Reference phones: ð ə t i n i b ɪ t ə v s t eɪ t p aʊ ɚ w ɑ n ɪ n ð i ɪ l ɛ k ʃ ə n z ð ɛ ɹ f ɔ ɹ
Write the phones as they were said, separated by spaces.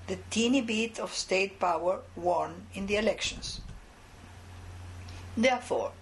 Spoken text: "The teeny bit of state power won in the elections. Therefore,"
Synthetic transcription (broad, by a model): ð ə t i n i b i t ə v s t eɪ t p aʊ ɚ w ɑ n ɪ n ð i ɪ l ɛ k ʃ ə n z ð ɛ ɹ f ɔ ɹ